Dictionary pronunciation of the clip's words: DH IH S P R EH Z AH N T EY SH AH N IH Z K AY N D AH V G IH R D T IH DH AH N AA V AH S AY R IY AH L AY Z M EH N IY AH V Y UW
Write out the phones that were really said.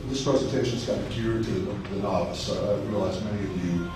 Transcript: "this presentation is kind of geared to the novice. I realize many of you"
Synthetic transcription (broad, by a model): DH IH S P R EH Z AH N T EY SH AH N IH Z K AY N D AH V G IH R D T IH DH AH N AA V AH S AY R IY AH L AY Z M EH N IY AH V Y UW